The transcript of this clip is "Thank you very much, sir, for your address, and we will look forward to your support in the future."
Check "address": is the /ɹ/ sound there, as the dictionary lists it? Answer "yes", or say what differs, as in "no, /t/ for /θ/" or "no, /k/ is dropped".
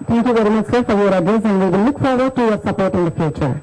no, /ɹ/ is dropped